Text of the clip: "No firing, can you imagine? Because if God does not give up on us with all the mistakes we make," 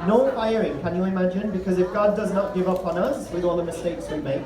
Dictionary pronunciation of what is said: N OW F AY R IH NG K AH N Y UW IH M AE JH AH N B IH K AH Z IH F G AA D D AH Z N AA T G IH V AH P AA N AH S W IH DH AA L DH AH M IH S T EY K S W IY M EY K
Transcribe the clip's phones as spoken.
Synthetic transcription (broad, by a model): N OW F AY R IH NG K AH N Y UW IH M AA JH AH N B IH K AH Z IH F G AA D D AH Z N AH T G IH V AH P N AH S W IH DH AA L DH AH M IH S T EY K S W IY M EY K